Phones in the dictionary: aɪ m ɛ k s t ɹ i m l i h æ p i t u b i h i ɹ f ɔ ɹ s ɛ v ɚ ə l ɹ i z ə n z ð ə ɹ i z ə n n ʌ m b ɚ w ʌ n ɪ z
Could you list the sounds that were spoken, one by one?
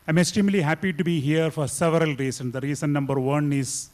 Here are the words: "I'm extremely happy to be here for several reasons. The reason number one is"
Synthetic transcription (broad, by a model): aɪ m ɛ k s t i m l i h æ p i t u b i h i ɹ f ɔ ɹ s ɛ v ɚ ə l ɹ i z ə n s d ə ɹ i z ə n n ʌ m b ɚ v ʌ n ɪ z